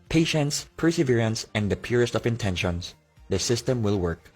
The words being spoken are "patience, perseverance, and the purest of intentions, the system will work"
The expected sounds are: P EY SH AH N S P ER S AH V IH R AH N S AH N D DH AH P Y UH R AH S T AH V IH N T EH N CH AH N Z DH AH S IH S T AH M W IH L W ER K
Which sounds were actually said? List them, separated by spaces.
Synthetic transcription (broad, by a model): P EY SH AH N S P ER S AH V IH R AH N S AH N D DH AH P Y UH R AH S T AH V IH N T EH N SH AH N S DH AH S IH S T AH M W IH L W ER K